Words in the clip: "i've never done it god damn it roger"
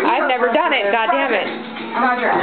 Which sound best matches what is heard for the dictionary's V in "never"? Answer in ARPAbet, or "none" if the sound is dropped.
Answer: V